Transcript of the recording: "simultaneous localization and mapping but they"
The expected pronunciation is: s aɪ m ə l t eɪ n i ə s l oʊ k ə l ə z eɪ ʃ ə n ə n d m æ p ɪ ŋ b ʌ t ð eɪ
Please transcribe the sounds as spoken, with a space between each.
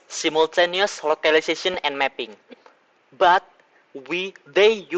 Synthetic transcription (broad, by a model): s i m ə l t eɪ n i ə s l oʊ k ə l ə s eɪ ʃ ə n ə n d m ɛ p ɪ ŋ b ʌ t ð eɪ